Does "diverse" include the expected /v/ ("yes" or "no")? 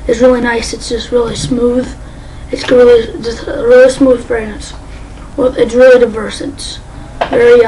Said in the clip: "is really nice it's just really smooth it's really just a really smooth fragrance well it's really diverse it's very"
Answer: yes